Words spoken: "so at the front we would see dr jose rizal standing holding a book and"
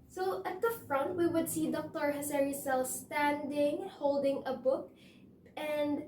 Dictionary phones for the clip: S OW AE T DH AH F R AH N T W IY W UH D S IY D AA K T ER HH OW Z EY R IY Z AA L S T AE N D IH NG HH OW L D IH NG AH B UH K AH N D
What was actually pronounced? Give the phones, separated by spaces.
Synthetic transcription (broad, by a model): S OW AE T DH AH F R AH N T W IY W UH D S IY D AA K T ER HH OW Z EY R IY S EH L S T AE N D IH NG HH OW L D IH NG AH B UH K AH N D